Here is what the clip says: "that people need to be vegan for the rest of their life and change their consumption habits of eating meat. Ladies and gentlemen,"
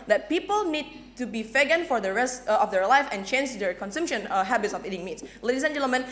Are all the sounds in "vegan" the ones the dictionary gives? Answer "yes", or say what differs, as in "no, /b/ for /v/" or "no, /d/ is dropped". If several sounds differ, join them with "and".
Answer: no, /f/ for /v/